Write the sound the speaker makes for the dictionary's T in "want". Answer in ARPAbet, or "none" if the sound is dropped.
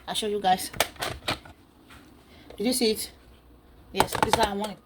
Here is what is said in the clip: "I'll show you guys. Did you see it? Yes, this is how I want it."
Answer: none